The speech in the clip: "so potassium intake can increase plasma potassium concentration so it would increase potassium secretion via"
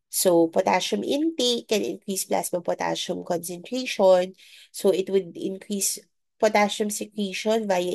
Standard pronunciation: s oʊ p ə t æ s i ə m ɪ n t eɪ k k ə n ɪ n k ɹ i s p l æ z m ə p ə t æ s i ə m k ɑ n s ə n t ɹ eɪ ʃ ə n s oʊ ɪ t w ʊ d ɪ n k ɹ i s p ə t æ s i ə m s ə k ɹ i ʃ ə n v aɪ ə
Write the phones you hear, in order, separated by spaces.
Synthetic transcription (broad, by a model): s oʊ p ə t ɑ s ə m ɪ n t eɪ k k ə n ɪ n k ɹ i s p l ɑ s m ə p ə t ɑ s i m k ɑ n s ə n t ɹ eɪ ʃ ə n s oʊ ɪ t w ʊ d ɪ n k ɹ i s p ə t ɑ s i m s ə k w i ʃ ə n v aɪ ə